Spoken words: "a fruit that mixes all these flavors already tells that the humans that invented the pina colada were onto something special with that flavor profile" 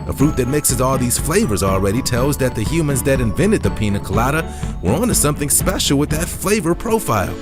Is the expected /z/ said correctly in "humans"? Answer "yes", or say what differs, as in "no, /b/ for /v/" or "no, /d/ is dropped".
yes